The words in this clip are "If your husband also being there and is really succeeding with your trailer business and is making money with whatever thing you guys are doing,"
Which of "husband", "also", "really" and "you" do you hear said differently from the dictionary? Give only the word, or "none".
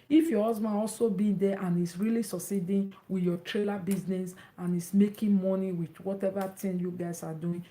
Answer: husband